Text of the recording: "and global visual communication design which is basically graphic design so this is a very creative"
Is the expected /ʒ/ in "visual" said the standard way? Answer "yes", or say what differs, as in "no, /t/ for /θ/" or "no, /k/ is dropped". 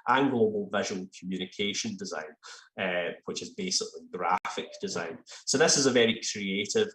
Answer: yes